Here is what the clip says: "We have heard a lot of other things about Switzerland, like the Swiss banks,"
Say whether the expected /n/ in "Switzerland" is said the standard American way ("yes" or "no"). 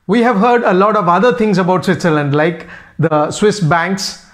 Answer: yes